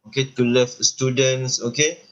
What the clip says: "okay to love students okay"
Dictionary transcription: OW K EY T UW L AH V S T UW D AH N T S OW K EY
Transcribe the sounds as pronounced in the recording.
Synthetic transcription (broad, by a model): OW K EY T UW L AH F S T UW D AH N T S OW K EY